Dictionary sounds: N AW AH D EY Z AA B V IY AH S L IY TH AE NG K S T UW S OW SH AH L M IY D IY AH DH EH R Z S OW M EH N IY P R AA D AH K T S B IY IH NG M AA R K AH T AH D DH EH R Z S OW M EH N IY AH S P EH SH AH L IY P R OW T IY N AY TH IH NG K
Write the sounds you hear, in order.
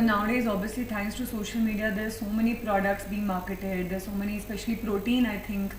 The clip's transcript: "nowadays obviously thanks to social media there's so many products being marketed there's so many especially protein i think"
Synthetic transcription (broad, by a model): N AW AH D EY Z AA B V IY AH S L IY T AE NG K S T UW S OW SH AH L M IY D IY AH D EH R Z S OW M EH N IY P R AA D AH K T S B IY IH NG M AA R K AH T AH D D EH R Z S OW M EH N IY AH S P EH SH AH L IY P R OW T IY N AY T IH NG K